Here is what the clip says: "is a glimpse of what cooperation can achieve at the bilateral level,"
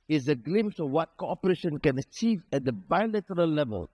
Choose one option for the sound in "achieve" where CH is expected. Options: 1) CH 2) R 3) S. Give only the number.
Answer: 1